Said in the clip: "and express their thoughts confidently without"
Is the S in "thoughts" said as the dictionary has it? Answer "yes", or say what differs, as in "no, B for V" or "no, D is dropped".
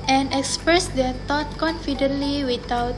no, S is dropped